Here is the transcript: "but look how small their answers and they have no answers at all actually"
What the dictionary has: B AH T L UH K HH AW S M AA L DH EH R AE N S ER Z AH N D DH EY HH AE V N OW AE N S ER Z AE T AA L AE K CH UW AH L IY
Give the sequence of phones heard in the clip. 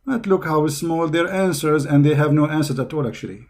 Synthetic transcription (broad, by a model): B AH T L UH K HH AW S M AA L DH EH R AE N S ER Z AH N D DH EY HH AE V N OW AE N S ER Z AE T AA L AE K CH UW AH L IY